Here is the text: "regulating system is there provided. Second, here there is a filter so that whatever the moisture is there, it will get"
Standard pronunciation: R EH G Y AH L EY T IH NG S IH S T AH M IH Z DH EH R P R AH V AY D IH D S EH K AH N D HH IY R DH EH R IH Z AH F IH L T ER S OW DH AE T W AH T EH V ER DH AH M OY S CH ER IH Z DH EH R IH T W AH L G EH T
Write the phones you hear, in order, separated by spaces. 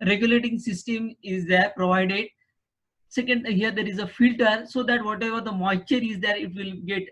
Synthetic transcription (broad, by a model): R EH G Y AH L EY T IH NG S IH S T AH M IH Z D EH R P R AH V AY D IH D S EH K AH N D HH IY R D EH R IH Z AH F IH L T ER S OW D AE T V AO T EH V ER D AH M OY CH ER IH Z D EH R IH T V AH L G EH T